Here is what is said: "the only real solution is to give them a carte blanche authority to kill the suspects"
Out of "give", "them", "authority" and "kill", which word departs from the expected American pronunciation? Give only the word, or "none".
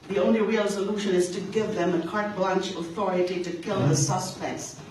none